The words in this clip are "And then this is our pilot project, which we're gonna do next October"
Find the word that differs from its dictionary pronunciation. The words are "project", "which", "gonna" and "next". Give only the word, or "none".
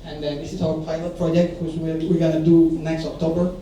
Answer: which